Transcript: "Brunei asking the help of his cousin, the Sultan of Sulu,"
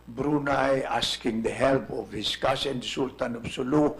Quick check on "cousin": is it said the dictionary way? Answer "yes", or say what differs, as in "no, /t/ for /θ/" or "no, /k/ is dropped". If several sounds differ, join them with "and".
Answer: no, /s/ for /z/